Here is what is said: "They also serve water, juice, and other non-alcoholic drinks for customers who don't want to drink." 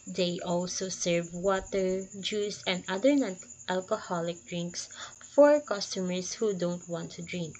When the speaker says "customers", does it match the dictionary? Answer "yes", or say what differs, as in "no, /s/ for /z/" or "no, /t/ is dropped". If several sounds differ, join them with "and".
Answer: no, /s/ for /z/